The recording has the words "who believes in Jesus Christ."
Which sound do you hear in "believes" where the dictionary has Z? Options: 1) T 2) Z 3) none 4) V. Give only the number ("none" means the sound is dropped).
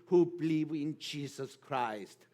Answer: 3